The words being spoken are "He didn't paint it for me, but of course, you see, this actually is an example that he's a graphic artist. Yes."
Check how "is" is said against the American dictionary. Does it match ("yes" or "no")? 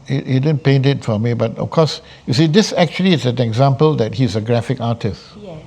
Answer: no